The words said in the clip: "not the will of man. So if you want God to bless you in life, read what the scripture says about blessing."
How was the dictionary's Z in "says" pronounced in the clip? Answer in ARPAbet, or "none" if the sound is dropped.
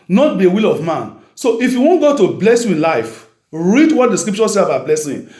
none